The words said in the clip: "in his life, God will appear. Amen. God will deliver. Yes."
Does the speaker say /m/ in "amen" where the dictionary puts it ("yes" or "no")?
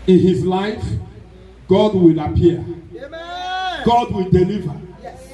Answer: no